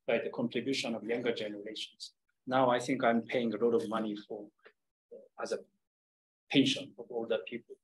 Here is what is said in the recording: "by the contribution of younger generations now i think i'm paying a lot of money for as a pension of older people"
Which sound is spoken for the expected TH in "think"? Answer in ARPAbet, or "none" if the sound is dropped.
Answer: TH